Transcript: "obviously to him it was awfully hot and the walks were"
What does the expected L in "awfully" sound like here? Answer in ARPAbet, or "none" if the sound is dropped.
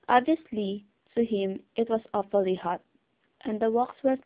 L